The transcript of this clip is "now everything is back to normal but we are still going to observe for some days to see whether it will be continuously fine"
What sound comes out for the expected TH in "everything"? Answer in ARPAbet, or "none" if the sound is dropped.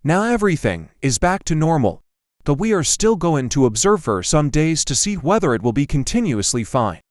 TH